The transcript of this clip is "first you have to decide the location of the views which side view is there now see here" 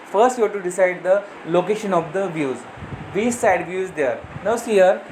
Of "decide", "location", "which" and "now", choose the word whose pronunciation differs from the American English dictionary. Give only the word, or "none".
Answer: which